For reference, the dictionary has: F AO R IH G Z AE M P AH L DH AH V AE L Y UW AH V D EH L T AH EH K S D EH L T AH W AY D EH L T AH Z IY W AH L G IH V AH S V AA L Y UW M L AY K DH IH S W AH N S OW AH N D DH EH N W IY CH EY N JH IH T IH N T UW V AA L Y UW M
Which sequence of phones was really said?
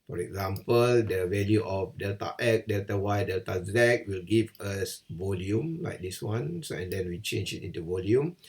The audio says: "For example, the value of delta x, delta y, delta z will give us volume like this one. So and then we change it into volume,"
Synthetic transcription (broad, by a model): F AO R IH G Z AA M P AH L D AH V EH L Y UW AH F D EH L T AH EH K D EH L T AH W AY D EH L T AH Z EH W AH L G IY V AH S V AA L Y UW M L AY K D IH S W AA N S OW AH N D EH N W IY CH EY N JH IH T IH N T UW V AA L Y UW M